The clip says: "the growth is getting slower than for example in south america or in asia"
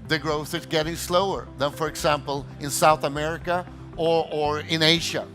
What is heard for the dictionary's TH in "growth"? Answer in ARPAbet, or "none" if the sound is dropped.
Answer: TH